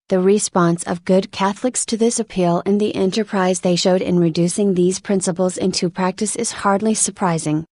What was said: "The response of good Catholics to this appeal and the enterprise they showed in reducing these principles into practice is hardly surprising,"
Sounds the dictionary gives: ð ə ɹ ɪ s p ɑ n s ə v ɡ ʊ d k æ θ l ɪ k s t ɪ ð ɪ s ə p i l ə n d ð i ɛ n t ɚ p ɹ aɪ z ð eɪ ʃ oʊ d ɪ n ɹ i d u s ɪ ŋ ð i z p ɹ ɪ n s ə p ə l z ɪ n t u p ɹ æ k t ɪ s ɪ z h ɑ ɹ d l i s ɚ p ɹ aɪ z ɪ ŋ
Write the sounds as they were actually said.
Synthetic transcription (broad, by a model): ð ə ɹ ɪ s p ɑ n s ə v ɡ ʊ d k æ θ l ɪ k s t ɪ ð ɪ s ə p i l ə n ð i ɛ n t ɚ p ɹ aɪ z ð eɪ ʃ oʊ d ɪ n ɹ i d u s ɪ ŋ ð i z p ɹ ɪ n s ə p l z ɪ n t u p ɹ æ k t ɪ s ɪ z h ɑ ɹ d l i s ɚ p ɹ aɪ z ɪ ŋ